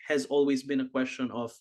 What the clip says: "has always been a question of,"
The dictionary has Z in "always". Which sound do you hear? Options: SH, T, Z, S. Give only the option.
Z